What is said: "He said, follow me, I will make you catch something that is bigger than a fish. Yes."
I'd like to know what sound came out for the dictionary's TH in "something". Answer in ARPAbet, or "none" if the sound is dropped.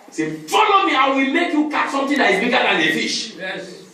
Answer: T